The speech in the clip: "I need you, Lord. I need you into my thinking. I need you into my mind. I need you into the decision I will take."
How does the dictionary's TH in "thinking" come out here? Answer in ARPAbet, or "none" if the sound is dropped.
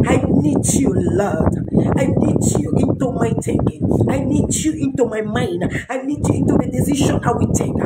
T